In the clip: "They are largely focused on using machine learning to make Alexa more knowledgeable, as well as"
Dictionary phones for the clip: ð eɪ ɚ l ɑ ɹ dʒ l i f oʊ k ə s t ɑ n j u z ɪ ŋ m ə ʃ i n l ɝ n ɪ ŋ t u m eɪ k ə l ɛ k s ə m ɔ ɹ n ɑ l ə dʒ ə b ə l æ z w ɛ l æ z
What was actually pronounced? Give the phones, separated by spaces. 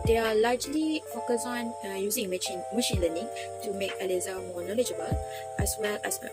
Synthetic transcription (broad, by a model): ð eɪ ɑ l ɑ ɹ dʒ l i f oʊ k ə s ɑ n j u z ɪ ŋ m ə ʃ i n l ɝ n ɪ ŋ t u m eɪ k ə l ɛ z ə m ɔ n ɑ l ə dʒ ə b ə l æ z w ɛ l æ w